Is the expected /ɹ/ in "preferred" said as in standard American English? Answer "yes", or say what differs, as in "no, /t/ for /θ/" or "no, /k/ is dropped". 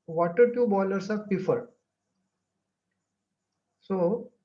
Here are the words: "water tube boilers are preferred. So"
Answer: no, /ɹ/ is dropped